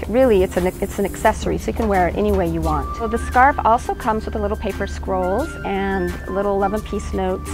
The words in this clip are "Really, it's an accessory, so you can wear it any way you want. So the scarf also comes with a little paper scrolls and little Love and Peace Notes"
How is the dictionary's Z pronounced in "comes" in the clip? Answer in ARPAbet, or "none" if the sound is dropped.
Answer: Z